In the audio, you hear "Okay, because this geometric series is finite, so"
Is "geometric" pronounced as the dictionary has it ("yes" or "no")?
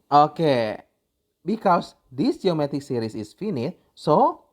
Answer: no